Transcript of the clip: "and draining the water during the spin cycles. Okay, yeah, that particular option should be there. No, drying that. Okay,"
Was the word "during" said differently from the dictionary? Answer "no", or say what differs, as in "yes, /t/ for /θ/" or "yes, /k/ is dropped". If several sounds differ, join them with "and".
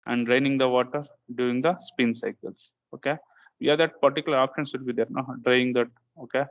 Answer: yes, /ɹ/ is dropped